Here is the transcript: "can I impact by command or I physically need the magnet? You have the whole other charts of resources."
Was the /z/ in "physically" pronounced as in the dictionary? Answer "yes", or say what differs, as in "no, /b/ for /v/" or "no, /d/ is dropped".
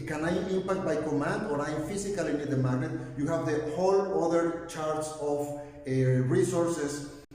no, /s/ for /z/